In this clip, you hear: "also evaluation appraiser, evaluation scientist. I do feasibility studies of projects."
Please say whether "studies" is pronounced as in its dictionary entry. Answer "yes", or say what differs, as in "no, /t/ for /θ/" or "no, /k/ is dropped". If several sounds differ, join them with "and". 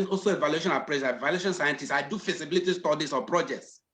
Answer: no, /s/ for /z/